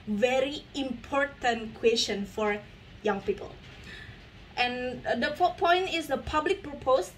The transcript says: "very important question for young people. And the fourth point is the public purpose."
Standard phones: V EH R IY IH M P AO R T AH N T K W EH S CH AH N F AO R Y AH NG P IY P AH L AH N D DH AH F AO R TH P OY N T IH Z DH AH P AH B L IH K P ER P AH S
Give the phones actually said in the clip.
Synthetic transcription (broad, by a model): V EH R IY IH M P AO R T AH N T K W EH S SH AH N F AO R Y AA NG P IY P AH L AH N D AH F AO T P OY N T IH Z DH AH P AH B L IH K P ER P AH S